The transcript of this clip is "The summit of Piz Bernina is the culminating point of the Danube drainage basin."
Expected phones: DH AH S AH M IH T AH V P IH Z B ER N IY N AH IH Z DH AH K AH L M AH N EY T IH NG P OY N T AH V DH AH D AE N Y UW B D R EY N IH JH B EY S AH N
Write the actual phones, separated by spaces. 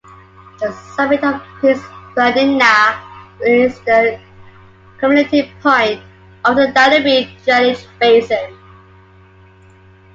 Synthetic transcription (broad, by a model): DH AH S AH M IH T AH V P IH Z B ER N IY N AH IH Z DH AH K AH M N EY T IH P OY N T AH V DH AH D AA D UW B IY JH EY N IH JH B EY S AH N